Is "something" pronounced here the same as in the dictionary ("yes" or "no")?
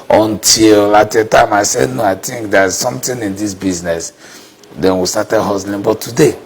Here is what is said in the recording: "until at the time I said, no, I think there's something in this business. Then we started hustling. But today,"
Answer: no